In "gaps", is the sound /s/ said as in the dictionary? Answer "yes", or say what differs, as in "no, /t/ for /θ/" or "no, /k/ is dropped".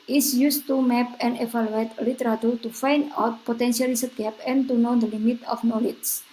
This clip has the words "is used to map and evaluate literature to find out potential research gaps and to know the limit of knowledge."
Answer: no, /s/ is dropped